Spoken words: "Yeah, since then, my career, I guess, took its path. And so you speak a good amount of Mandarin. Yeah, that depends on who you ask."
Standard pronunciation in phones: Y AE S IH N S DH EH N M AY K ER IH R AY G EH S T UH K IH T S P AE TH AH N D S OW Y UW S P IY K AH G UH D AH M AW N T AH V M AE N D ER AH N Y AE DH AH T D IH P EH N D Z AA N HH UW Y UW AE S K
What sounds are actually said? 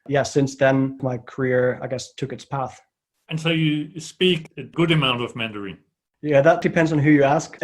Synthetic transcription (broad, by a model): Y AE S IH N S DH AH N M AY K ER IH R AY G EH S T UH K IH T S P AE TH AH N S OW Y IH S P IY K AH G UH D AH M AW N T AH V M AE N D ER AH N Y AE DH AH T D IH P EH N D Z N HH UW Y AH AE S K